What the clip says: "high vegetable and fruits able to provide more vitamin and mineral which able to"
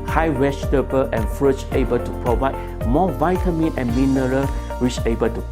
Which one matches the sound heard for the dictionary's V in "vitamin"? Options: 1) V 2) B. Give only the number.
1